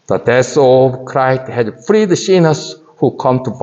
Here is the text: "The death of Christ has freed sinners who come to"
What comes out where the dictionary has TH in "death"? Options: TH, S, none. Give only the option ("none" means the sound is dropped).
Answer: S